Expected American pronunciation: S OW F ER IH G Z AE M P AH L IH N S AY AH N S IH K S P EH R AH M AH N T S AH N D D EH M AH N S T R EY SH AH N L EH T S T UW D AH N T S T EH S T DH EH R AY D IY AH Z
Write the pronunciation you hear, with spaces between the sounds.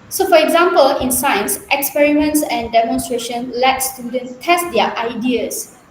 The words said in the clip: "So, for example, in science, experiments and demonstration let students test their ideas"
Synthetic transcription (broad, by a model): S OW F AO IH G Z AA M P AH L IH N S AY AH N S IH K S P EH R AH M AH N T S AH N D D EH M AH N S T R EY SH AH N L EH T S T UW D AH N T S T EH S T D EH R AY D IY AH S